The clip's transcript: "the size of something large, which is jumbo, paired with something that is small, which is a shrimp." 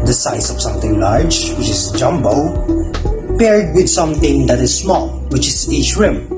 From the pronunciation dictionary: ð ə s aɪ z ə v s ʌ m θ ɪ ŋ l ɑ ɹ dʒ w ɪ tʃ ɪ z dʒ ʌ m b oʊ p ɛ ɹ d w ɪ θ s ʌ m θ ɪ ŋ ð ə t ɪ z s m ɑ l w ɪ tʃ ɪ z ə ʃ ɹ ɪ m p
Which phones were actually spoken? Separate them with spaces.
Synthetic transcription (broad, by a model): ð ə s aɪ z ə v s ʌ m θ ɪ ŋ l ɑ ɹ dʒ w ɪ tʃ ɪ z dʒ ʌ m b oʊ p ɛ ɹ d w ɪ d s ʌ m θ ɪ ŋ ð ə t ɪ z s m ɑ l w ɪ tʃ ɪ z ə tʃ ɹ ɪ m